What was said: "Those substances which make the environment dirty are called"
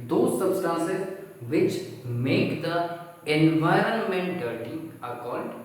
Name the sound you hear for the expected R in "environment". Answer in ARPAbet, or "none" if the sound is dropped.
R